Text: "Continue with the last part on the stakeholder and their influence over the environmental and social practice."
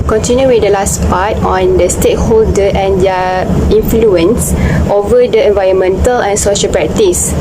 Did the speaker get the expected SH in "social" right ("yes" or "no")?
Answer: yes